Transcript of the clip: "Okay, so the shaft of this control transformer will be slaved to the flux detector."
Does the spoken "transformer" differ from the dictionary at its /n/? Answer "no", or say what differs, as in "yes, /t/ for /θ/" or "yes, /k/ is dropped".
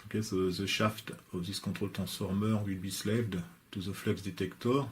yes, /n/ is dropped